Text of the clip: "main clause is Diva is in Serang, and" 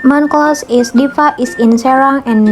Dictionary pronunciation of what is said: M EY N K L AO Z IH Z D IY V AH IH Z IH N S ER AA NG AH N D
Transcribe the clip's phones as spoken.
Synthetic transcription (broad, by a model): M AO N K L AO S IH S D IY F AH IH S IH N S ER AA NG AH N